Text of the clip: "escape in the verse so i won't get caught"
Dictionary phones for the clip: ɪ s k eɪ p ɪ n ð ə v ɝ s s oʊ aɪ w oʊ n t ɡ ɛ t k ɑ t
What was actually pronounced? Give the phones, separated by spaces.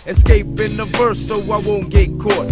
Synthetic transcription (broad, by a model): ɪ s k eɪ p ɪ n ð ə f ɝ s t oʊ aɪ w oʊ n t ɡ ɛ t k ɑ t